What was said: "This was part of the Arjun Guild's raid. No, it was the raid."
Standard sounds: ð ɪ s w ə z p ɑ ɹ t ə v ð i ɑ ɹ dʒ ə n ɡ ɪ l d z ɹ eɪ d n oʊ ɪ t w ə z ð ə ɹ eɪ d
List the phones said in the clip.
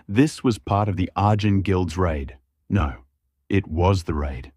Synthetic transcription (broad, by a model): ð ɪ s w ə z p ɑ ɹ t ə v ð i ɑ ɹ dʒ ə n ɡ ɪ l d z ɹ eɪ d n oʊ ɪ t w ə z ð ə ɹ eɪ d